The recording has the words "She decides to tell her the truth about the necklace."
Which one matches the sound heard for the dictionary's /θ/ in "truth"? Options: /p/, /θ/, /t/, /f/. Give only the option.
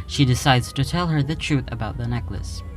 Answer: /θ/